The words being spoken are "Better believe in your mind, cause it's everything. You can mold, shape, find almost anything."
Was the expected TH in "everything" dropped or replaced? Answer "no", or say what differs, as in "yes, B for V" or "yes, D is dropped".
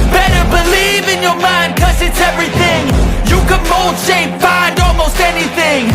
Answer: no